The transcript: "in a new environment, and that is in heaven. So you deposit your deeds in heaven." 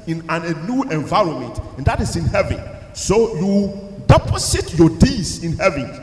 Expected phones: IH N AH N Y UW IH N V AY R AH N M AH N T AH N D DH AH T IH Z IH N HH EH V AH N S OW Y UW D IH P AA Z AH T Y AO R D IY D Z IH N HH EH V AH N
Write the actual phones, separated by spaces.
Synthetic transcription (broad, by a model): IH N AH N Y UW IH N V AY R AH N M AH N T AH N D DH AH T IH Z IH N HH EH V AH N S OW Y UW D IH P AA S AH T Y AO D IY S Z IH N HH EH V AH N